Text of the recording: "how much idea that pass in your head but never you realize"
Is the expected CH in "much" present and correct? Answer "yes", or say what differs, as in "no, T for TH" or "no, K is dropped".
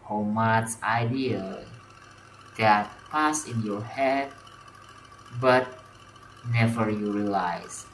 no, S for CH